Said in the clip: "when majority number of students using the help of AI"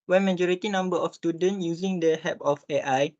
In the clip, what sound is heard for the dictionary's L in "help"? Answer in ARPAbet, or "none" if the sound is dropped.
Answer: none